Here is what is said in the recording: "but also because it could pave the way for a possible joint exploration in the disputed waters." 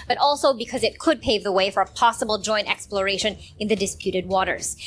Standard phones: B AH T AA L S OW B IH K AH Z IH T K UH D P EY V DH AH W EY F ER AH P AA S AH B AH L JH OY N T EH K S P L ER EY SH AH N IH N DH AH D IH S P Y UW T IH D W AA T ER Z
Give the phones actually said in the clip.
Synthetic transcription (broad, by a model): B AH T AA L S OW B IH K AH Z IH T K UH D P EY V DH AH W EY F ER AH P AA S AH B L JH OY N T EH K S P L ER EY SH AH N IH N DH AH D IH S P Y UW T IH D W AA T ER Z